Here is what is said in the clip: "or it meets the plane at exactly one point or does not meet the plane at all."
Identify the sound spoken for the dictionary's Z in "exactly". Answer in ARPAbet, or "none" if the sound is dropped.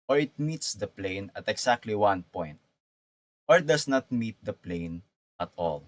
S